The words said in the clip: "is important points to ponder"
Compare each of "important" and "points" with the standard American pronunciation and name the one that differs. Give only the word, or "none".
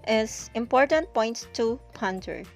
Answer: points